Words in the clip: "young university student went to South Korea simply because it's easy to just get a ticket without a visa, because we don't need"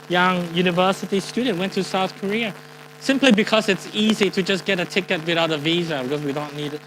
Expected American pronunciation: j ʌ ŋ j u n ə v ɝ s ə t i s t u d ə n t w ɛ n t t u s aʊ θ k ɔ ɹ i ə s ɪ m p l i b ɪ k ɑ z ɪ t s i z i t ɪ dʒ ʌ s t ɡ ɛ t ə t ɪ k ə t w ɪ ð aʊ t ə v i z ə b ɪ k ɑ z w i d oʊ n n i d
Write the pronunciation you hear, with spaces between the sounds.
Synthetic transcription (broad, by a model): j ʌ ŋ j u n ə v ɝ s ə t i s t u d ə n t w ɛ n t t u s aʊ θ k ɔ ɹ i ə s ɪ m p l i b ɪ k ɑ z ɪ t s i z i t ɪ dʒ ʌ s ɡ ɛ t ə t ɪ k ə t w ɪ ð aʊ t ə v i z ə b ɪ k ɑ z w i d oʊ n n i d